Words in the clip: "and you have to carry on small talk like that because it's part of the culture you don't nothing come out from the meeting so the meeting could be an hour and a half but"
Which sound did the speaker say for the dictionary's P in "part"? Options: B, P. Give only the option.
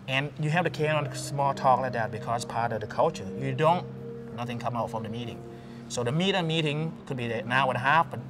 P